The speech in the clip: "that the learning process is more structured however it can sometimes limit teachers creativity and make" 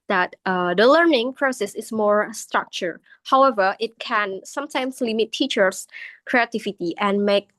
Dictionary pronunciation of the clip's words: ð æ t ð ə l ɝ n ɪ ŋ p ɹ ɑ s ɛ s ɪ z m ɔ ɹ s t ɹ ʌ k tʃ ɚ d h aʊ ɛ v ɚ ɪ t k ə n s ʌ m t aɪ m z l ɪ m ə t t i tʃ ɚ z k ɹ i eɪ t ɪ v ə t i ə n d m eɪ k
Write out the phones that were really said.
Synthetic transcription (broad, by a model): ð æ t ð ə l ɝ n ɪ ŋ p ɹ ɑ s ɛ s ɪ s m ɔ ɹ s t ɹ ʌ k tʃ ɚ h aʊ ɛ v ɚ ɪ t k ə n s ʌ m t aɪ m s l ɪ m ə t t i tʃ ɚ s k ɹ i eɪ t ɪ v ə t i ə n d m eɪ k